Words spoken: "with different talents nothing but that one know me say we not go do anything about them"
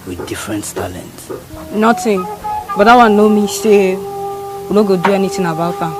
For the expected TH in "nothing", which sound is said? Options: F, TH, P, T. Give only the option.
T